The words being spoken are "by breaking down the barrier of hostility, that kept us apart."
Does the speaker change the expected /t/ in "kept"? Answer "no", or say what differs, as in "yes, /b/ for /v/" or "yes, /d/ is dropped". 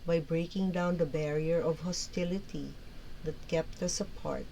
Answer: no